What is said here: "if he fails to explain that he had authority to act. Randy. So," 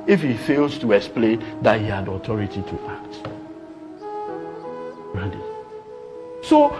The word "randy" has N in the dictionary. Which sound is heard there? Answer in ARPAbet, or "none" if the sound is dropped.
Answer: none